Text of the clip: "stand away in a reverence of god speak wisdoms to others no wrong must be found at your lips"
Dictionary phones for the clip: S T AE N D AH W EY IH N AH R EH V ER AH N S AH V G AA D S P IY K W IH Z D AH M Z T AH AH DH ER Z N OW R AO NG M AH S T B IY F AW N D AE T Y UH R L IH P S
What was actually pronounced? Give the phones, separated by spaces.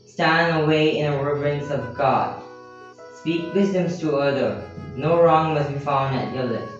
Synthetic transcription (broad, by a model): S T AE N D AH W EY IH N AH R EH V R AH N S AH V G AA D S P IY K W IH Z D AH M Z T AH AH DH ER N OW R AO NG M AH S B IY F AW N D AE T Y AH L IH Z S